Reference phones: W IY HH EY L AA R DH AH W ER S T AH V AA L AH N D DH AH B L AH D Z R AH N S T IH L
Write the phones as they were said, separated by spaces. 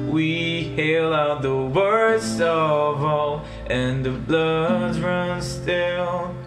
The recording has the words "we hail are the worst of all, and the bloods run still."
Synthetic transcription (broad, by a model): W IY HH EY L AA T DH AH W ER S T AH V AA L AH N DH AH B L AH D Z R AH N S T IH L